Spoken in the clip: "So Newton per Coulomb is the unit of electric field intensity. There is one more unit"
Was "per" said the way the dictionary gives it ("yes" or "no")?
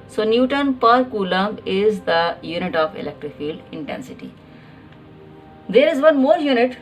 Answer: yes